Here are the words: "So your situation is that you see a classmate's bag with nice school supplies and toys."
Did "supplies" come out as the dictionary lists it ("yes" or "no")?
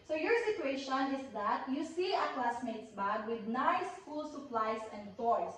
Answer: no